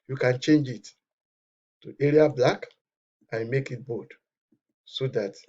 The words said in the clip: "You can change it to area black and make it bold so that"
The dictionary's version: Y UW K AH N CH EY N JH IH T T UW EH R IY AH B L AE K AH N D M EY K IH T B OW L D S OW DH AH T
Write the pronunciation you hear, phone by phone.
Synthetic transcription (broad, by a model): Y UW K AH N CH EY N JH IH T T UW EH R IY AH B L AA K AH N M EY K IH T B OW D S OW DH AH T